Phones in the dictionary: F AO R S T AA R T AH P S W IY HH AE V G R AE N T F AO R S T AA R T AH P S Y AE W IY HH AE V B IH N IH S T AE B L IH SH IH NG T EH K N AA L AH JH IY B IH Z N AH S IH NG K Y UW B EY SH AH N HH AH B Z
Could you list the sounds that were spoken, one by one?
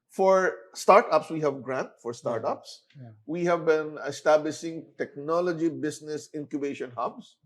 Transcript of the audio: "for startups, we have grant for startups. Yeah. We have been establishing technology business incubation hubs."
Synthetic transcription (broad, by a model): F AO R S T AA R T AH P S W IY HH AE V G R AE N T F AO R S T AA R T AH P S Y W IY HH AE V B IH N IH S T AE B L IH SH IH NG T EH K N AA L AH JH IY B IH S N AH S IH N K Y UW B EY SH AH N HH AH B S